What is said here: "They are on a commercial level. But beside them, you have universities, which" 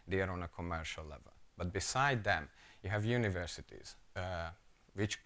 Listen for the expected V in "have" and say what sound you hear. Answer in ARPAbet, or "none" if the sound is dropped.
V